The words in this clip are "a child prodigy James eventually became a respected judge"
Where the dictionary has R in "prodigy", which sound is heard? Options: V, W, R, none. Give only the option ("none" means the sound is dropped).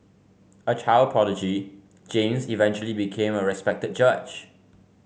none